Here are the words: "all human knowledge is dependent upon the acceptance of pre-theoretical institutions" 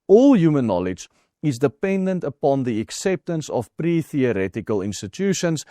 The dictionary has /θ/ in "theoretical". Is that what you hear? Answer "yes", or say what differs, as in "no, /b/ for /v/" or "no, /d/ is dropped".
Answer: yes